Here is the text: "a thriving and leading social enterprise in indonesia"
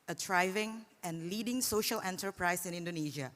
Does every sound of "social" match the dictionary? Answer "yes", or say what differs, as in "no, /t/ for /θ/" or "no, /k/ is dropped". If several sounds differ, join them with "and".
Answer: yes